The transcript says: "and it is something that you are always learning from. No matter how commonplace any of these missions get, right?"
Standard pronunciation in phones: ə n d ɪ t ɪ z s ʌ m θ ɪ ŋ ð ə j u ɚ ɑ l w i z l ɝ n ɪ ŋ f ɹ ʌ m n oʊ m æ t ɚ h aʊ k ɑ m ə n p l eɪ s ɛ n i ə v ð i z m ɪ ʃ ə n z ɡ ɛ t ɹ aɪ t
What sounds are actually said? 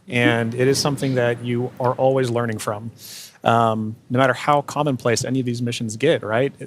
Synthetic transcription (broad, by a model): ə n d ɪ t ɪ z s ʌ m θ ɪ ŋ ð ə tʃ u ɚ ɑ l w i z l ɝ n ɪ ŋ f ɹ ʌ m n oʊ m æ t ɚ h aʊ k ɑ m ə n p l eɪ s ɛ n i ə v ð i z m ɪ ʃ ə n z ɡ ɛ t ɹ aɪ t